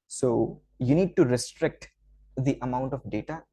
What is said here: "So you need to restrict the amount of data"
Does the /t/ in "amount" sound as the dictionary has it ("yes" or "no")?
yes